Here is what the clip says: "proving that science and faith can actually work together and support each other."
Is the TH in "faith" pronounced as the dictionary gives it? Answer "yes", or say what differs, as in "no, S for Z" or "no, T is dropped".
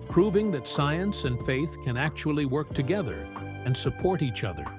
yes